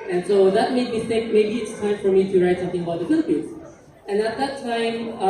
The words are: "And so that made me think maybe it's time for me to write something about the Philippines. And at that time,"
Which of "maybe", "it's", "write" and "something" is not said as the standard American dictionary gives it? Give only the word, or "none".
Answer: something